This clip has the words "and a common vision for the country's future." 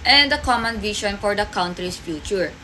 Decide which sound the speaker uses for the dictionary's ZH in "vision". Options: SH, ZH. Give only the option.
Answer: SH